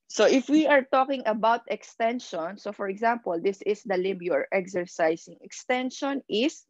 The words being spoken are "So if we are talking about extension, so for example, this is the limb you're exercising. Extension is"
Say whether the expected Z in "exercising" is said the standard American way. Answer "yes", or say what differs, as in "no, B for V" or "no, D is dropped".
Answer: no, S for Z